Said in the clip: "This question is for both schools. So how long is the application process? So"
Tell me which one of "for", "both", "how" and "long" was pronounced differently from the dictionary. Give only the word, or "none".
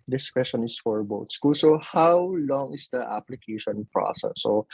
both